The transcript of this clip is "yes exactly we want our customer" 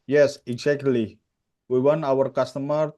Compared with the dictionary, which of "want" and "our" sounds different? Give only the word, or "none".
want